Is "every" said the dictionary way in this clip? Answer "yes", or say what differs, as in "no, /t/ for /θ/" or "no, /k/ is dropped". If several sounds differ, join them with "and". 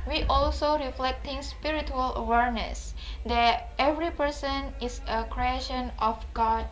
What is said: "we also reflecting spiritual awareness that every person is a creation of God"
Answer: yes